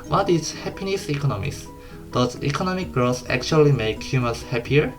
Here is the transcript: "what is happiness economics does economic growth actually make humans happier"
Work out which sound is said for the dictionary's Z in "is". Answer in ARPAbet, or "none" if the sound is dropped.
S